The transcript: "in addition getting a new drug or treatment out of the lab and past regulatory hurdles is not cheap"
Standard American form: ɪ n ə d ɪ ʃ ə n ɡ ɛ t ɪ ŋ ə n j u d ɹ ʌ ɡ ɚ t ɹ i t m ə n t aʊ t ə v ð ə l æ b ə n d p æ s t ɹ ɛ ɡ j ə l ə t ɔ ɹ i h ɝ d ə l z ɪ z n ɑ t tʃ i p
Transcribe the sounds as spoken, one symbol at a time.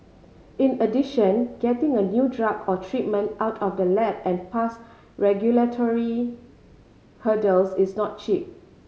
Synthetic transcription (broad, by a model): ɪ n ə d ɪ ʃ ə n ɡ ɛ t ɪ ŋ ə n j u d ɹ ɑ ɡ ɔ t ɹ i t m ə n t aʊ t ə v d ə l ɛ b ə n p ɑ s ɹ ɛ ɡ j ə l ə t ɔ ɹ i h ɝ d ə l s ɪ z n ɑ t tʃ i p